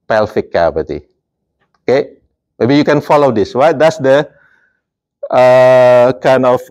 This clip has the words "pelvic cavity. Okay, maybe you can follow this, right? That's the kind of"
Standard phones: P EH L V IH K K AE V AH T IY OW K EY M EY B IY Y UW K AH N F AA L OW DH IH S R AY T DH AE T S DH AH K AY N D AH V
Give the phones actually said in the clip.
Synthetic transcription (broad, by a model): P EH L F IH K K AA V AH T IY OW K EY M EY B IY Y UW K AH N F AA L OW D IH S W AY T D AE T S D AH K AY N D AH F